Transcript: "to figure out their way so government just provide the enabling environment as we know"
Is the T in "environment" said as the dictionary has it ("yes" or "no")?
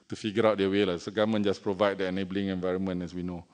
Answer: no